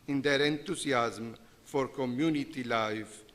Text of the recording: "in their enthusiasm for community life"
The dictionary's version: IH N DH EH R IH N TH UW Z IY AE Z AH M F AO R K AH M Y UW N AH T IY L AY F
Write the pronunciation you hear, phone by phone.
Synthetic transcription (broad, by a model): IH N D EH R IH N T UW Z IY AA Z M F AO R K AH M Y UW N AH T IY L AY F